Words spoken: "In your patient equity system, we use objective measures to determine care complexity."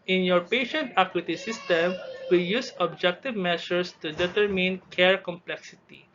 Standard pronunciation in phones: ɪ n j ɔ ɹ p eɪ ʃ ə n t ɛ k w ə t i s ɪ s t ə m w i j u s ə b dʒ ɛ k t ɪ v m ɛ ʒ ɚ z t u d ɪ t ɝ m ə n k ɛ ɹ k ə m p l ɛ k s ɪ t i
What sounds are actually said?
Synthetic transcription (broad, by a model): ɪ n j ɔ ɹ p eɪ ʃ ə n t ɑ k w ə t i s ɪ s t ə m w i j u s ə b dʒ ɛ k t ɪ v m ɛ s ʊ s t u d ɪ t ɝ m ə n k ɛ ɹ k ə m p l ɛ k s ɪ t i